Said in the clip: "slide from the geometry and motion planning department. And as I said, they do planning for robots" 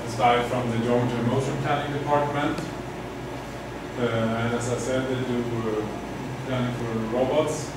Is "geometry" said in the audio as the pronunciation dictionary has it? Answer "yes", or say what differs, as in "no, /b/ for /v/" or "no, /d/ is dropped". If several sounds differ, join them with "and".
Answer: no, /m/ is dropped